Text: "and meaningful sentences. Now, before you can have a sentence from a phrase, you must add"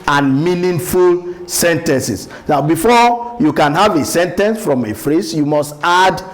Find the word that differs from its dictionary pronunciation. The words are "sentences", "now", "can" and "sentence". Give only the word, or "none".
sentences